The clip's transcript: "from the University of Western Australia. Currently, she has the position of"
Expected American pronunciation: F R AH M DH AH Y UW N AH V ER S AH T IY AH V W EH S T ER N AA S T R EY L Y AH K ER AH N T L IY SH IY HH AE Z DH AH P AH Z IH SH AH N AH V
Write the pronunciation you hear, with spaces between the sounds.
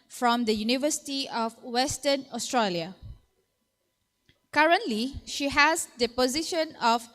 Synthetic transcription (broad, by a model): F R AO M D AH Y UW N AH V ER S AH T IY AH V W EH S T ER N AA S T R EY L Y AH K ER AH N T L IY SH IY HH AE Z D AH P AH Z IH SH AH N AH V